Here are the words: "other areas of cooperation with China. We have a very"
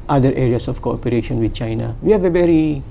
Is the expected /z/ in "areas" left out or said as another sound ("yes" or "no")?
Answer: yes